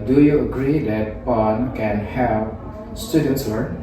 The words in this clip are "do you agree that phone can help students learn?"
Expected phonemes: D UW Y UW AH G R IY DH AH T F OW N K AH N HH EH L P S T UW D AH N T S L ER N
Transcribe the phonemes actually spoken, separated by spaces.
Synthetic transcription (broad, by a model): D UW Y UW AH G R IY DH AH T P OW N K AH N HH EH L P S T UW D AH N T S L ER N